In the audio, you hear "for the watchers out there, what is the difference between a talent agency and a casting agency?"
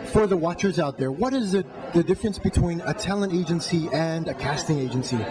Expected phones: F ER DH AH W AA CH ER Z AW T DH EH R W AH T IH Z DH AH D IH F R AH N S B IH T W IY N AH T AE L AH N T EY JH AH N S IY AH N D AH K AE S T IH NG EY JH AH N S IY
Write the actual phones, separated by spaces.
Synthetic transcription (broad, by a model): F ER DH AH W AA CH ER Z AW T DH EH R W AH T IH Z DH AH D IH F R AH N S B IH T W IY N AH T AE L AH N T EY JH AH N S IY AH N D AH K AE S T IH NG EY JH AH N S IY